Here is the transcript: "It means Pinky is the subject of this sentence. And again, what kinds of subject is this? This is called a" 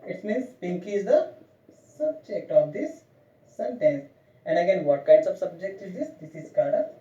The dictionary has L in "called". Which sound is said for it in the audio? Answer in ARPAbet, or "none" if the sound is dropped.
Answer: none